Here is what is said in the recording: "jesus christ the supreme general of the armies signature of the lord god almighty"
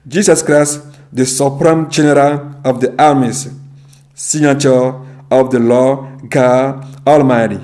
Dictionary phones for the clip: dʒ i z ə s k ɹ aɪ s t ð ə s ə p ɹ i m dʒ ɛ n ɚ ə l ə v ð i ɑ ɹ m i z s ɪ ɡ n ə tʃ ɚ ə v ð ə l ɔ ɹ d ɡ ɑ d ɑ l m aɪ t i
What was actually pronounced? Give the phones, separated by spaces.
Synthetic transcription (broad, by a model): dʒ i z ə s k ɹ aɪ s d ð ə s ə p ɹ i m dʒ ɛ n ɚ ə l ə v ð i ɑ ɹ m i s s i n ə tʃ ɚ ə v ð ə l ɔ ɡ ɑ ɑ l m aɪ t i